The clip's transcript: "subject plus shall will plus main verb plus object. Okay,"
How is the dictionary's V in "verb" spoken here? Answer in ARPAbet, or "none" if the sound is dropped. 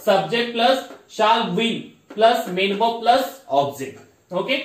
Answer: B